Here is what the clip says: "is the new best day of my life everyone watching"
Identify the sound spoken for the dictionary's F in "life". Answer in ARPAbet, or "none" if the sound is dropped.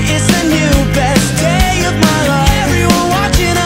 none